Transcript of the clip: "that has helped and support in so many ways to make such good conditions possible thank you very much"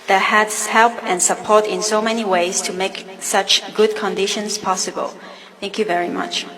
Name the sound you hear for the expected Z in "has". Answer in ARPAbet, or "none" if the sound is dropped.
S